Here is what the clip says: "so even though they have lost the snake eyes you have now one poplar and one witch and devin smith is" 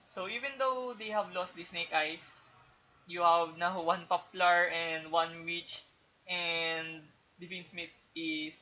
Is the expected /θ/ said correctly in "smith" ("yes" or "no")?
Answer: no